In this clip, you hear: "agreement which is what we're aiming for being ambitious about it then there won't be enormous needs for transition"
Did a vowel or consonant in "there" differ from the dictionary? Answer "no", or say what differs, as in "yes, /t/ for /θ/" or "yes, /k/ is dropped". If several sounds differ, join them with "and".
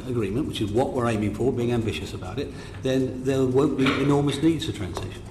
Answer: yes, /l/ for /ɹ/